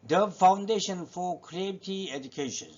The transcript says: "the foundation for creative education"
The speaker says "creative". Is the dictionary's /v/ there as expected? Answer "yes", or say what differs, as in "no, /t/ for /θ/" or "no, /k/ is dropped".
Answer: no, /v/ is dropped